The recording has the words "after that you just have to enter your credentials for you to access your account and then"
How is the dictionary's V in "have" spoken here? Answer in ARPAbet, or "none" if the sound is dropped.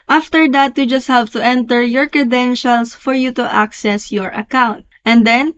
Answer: P